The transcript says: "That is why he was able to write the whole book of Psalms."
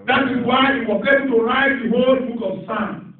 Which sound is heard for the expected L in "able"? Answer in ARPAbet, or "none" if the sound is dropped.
N